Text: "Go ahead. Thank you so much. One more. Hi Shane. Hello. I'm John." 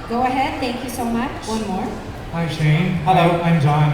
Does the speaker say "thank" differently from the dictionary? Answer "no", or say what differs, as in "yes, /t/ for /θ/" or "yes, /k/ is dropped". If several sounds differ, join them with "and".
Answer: yes, /t/ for /θ/